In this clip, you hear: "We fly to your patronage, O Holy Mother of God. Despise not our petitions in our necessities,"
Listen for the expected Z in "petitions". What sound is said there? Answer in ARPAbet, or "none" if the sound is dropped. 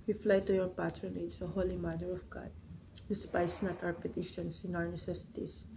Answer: S